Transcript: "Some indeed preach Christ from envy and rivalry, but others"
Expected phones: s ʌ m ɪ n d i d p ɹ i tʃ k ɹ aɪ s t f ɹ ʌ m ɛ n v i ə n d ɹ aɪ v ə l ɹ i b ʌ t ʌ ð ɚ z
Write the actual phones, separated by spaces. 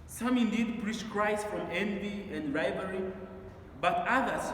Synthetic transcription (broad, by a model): s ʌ m ɪ n d i d p ɹ i tʃ k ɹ aɪ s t f ɹ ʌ m ɛ n v i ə n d ɹ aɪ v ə ɹ i b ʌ t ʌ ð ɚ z